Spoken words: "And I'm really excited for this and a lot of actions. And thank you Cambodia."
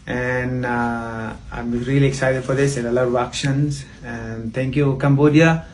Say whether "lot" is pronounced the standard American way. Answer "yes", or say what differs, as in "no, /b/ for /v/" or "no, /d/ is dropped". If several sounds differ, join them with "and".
no, /t/ is dropped